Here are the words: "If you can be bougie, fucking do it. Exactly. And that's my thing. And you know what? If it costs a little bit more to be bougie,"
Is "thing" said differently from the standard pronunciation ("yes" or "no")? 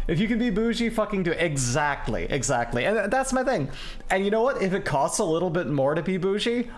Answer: no